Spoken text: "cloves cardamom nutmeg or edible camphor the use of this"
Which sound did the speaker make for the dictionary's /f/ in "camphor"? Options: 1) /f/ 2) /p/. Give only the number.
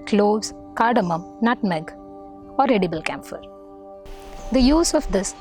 1